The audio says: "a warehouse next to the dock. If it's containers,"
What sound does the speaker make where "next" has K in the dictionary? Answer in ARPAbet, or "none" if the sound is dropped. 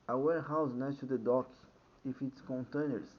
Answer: none